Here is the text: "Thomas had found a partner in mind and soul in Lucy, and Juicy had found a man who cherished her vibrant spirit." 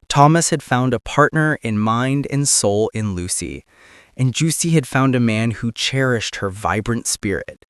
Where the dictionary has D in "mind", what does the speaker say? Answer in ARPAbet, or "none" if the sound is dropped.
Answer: D